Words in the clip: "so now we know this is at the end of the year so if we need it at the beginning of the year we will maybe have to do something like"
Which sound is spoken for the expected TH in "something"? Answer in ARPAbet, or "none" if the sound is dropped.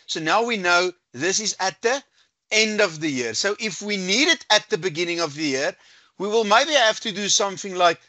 TH